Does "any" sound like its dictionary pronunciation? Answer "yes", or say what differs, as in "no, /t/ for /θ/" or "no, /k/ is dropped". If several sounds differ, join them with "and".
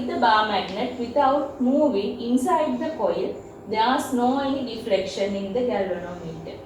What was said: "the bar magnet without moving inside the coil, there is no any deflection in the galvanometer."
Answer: no, /l/ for /n/